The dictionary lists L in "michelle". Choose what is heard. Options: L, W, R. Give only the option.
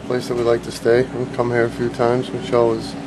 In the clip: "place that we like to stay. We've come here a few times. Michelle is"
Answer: W